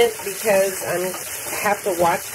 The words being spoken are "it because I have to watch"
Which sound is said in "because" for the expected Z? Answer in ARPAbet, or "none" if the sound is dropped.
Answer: Z